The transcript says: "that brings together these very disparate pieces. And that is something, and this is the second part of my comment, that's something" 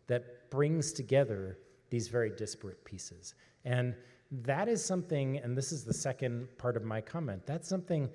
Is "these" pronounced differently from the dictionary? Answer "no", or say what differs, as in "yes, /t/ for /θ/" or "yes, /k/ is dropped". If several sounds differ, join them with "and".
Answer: no